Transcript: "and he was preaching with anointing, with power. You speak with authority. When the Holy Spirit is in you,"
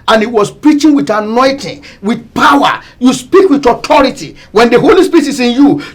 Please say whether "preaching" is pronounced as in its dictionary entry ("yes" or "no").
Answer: yes